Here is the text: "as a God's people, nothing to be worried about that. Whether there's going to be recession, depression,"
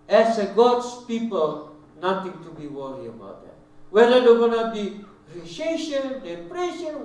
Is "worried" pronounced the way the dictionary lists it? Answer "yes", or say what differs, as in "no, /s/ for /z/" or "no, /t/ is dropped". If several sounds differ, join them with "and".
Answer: no, /d/ is dropped